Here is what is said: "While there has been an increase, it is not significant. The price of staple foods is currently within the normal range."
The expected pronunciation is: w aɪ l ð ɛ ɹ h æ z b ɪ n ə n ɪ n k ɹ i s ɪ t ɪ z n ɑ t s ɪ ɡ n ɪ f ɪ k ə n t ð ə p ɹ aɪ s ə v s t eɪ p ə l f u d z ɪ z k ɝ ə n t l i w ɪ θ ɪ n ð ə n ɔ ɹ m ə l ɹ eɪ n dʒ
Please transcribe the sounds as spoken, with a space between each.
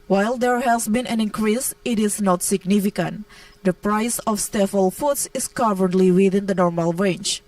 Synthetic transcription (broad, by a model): w aɪ l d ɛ ɹ h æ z b ɪ n ə n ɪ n k ɹ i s ɪ t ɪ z n ɑ t s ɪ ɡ n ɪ f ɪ k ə n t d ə p ɹ aɪ s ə f s t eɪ f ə l f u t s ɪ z k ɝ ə n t l i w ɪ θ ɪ n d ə n ɔ ɹ m ə l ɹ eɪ n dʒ